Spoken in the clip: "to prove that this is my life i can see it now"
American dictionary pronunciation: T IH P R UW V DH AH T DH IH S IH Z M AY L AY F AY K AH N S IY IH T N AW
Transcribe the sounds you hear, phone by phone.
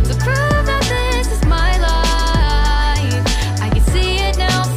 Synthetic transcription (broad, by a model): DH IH P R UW F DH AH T DH IH S IH Z M AY L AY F AY K AH N S IY IH T N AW